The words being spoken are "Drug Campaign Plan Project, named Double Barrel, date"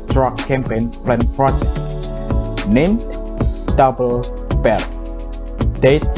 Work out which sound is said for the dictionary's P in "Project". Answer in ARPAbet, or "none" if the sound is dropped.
F